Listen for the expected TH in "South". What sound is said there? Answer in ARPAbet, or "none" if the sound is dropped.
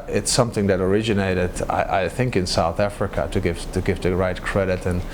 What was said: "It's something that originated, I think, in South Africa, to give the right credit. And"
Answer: TH